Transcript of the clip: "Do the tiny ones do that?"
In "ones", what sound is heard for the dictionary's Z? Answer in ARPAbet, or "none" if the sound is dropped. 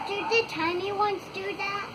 S